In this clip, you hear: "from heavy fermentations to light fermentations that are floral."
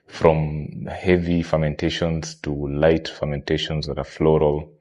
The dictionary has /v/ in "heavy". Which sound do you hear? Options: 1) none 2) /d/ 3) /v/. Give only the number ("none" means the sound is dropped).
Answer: 3